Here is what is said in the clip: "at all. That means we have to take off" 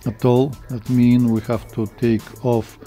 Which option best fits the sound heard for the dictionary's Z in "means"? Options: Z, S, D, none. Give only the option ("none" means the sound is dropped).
none